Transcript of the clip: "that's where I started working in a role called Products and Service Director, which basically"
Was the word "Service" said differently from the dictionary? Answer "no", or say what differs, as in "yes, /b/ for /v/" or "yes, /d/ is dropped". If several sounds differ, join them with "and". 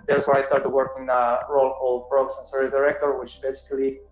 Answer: yes, /v/ is dropped